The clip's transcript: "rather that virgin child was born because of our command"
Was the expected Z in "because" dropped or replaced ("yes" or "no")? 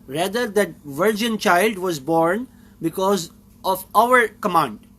no